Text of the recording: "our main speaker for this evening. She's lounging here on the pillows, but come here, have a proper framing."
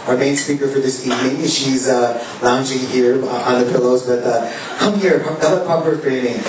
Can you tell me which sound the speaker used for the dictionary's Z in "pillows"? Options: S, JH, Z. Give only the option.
Z